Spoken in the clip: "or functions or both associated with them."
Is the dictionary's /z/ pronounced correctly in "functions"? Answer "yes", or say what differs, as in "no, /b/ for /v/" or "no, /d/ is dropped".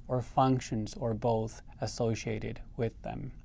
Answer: yes